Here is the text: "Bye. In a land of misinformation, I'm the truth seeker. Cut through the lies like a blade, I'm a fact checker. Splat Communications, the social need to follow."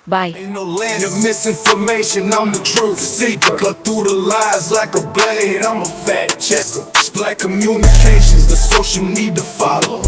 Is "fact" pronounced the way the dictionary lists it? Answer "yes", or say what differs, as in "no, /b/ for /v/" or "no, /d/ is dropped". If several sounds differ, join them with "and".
no, /k/ is dropped